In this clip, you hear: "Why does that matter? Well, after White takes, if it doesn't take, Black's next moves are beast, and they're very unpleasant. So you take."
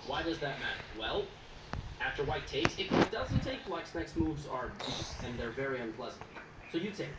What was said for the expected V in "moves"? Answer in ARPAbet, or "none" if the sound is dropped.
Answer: V